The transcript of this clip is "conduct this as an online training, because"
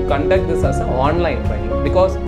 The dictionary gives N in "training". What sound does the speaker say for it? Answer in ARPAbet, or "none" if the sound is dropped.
none